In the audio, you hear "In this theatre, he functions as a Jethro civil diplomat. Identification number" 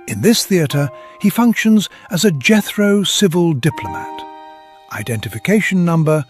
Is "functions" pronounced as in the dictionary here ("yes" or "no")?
yes